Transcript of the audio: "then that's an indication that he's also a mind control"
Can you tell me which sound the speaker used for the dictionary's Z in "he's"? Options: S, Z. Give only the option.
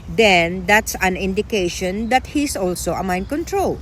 S